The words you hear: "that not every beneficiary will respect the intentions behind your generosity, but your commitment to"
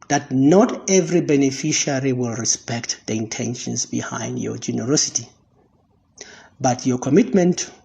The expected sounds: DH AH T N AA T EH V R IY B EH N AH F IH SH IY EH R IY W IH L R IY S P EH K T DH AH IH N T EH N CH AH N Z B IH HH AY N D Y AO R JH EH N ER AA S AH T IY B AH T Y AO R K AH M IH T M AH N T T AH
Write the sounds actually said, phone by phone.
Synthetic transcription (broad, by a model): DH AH T N AA T EH V R IY B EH N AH F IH SH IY R IY W IH L R IY S P EH K T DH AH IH N T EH N SH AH N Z B IH HH AY N D Y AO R JH EH N ER AA S AH T IY B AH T Y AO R K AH M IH T M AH N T T